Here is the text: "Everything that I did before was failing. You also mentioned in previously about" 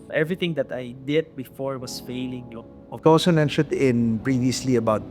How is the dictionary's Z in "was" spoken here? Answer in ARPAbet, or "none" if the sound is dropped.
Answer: S